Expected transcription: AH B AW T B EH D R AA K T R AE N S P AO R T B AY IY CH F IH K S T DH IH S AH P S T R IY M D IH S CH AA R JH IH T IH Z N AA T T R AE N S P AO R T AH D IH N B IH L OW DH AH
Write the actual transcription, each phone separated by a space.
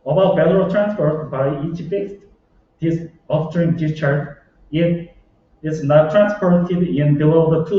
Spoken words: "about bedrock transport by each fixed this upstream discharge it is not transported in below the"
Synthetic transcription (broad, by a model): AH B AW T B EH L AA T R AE N S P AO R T B AY IY CH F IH S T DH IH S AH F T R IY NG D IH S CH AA R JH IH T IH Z N AA T T R AE N S P AO R T AH D IH N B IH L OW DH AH